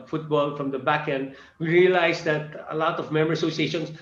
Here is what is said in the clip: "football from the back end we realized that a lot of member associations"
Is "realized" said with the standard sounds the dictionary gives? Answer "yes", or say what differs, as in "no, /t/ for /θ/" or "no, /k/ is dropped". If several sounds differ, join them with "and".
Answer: no, /s/ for /z/